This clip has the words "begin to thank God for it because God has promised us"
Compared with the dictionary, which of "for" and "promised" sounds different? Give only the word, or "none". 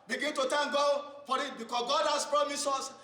promised